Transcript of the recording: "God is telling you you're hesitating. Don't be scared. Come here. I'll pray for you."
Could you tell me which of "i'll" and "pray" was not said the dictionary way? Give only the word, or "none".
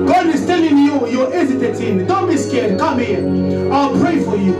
none